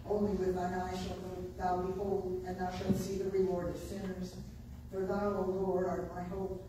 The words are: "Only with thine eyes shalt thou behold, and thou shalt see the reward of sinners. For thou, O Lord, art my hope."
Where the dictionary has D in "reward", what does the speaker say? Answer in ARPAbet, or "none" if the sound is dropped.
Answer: D